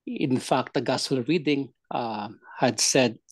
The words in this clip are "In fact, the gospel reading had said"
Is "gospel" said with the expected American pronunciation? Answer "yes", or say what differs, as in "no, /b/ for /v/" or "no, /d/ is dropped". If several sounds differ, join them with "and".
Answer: no, /p/ is dropped